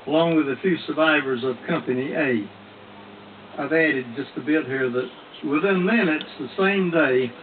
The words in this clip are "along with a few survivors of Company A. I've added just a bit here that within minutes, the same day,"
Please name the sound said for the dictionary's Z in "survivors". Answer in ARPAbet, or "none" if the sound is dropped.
Z